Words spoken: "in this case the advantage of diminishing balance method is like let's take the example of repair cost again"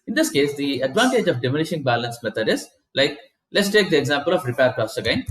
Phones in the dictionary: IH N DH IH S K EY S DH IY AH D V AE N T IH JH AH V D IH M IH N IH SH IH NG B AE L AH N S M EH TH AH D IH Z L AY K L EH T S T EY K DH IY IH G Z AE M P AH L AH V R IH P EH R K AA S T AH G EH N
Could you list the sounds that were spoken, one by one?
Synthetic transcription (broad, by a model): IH N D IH S K EY S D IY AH D V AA N T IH JH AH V D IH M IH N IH SH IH NG B AE L AH N S M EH T AH D IH Z L AY K L EH T S T EY K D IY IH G Z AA M P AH L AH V R IH P EH R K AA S AH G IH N